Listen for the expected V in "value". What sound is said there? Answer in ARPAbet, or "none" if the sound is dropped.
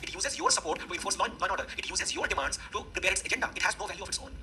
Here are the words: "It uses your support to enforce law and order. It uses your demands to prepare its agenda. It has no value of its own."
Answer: V